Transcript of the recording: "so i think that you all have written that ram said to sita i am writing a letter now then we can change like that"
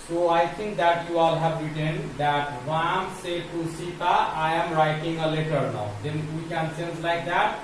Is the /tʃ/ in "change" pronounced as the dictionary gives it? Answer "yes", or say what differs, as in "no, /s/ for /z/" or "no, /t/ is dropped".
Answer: no, /s/ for /tʃ/